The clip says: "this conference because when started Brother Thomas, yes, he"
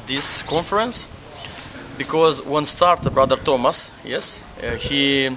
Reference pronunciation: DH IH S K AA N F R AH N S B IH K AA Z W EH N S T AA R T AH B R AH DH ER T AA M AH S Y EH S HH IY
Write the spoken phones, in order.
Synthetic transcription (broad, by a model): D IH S K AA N F R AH N S B IH K AA Z W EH N S T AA R T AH B R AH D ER T AA M AH S Y EH S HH IY